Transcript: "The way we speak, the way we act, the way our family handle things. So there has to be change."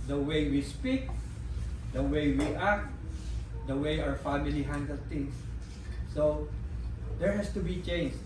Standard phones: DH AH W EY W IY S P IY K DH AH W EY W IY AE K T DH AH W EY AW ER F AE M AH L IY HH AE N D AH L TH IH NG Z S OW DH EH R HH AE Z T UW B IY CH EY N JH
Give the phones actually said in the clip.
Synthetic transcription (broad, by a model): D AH W EY W IY S P IY K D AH W EY W IY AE K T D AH W EY AW ER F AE M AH L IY HH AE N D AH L T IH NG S S OW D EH R HH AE S T UW B IY CH EY N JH